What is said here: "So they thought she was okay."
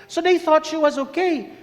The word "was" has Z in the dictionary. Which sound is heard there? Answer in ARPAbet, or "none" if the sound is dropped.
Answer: Z